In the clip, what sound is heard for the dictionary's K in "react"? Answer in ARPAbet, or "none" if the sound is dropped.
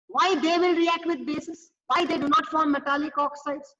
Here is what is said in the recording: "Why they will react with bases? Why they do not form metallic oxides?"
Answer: K